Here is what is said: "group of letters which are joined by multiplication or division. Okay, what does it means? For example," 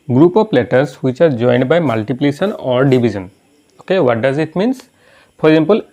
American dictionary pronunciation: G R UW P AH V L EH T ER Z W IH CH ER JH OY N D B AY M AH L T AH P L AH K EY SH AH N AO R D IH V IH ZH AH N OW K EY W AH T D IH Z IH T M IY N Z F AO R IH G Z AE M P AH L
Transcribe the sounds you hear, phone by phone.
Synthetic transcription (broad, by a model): G R UW P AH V L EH T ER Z W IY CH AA JH OY N D B AY M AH L T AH P L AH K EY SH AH N AO R D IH B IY Z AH N OW K EY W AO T D IH Z IH T M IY N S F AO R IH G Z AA M P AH L